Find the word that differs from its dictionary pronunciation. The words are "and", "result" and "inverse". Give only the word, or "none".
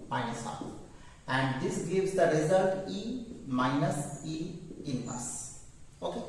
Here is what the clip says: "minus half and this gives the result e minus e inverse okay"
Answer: inverse